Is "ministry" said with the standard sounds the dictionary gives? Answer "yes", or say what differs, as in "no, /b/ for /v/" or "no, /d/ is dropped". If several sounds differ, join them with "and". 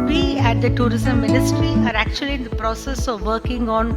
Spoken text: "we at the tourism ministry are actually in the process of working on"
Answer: yes